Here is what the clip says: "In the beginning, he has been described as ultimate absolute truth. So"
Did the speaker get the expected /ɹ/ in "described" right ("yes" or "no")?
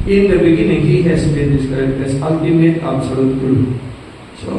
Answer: no